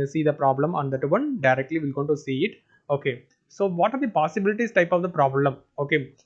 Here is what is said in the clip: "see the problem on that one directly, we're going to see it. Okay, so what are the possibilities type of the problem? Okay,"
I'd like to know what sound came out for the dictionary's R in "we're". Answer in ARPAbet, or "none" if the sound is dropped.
L